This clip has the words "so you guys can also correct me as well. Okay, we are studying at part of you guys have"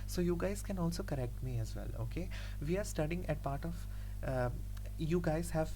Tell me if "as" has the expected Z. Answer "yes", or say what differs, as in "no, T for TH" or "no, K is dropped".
yes